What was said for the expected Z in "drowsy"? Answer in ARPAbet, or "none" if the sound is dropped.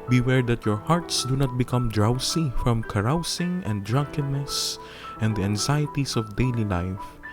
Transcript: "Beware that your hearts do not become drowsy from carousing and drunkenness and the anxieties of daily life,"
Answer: S